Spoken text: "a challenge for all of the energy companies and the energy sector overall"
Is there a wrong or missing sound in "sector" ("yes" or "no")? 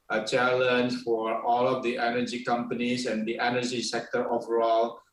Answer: no